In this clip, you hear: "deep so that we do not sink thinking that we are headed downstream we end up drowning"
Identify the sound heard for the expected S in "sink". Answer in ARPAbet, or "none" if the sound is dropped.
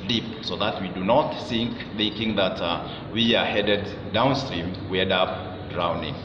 TH